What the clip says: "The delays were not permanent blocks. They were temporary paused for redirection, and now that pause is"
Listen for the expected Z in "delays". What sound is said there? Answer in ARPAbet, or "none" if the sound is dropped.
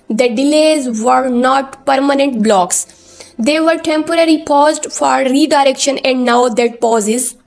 Z